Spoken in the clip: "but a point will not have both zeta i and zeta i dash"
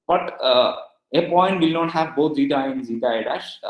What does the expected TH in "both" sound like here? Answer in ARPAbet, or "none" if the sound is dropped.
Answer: T